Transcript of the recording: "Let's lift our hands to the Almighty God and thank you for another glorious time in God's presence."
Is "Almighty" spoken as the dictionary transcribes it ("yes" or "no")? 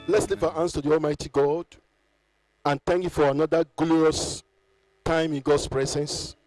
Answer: yes